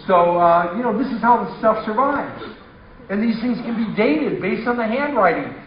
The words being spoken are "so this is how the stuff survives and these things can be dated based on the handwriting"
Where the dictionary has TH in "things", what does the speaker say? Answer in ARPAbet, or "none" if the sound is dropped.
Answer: TH